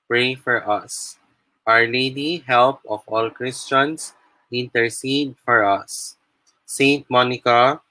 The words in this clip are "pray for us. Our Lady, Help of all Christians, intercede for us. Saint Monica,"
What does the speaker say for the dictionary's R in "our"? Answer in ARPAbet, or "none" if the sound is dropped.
R